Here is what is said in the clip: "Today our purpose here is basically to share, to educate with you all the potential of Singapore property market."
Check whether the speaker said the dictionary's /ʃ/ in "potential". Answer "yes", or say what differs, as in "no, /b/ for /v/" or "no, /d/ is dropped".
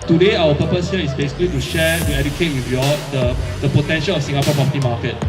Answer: yes